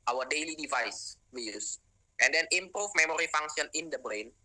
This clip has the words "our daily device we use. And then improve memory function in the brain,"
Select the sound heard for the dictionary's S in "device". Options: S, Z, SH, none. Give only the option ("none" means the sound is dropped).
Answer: S